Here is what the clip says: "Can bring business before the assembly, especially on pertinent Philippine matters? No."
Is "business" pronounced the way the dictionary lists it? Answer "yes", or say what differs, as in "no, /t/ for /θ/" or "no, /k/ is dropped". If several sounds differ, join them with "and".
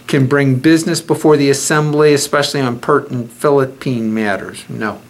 yes